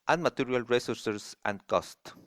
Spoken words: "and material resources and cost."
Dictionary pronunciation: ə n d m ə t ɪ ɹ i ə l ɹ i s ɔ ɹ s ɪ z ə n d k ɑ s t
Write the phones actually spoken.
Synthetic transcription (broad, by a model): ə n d m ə t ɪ ɹ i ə l ɹ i s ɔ ɹ s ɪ s ə n d k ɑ s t